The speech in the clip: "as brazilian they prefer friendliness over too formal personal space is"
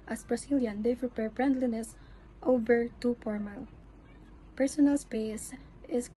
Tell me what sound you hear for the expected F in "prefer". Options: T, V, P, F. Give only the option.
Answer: P